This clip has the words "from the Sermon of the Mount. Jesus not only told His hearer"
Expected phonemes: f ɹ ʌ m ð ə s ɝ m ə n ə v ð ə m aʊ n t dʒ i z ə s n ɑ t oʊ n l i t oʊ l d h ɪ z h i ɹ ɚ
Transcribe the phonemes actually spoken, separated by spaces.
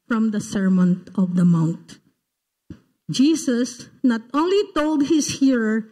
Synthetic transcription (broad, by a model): f ɹ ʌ m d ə s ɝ m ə n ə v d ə m aʊ n t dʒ i s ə s n ɑ t oʊ n l i t oʊ l d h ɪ s h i ɹ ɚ